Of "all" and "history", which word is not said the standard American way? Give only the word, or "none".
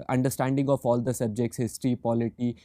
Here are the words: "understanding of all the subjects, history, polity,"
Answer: none